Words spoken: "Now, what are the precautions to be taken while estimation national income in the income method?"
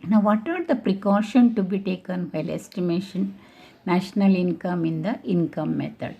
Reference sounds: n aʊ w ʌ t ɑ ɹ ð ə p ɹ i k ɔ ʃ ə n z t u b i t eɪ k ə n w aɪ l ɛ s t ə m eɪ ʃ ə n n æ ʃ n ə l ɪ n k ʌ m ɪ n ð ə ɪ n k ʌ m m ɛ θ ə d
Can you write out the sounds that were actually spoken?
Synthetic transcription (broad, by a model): n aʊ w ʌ t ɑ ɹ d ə p ɹ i k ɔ ʃ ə n t u b i t eɪ k ə n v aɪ l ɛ s t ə m eɪ ʃ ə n n æ ʃ n ə l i n k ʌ m ɪ n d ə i n k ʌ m m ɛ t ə d